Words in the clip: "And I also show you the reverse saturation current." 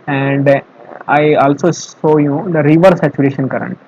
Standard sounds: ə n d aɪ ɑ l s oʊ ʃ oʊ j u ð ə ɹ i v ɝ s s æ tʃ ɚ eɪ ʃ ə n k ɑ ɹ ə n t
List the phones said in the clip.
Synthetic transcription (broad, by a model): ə n d aɪ ɑ l s oʊ s oʊ j u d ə ɹ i v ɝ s s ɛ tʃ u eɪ ʃ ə n k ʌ ɹ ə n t